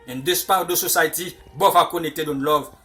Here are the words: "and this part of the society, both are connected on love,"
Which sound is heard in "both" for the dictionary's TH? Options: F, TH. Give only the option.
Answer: F